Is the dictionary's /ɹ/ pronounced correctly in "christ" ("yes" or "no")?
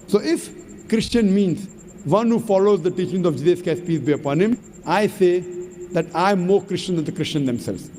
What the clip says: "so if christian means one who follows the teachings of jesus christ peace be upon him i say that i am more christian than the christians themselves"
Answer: no